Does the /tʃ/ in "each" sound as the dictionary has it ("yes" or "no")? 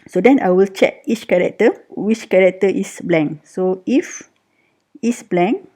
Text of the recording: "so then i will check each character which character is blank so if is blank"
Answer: yes